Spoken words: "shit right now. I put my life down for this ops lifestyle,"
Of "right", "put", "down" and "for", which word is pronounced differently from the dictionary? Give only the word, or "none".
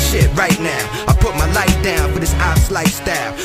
none